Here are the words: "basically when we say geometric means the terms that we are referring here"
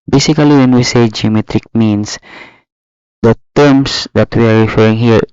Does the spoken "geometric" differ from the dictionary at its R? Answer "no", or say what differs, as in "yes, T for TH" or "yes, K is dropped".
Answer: no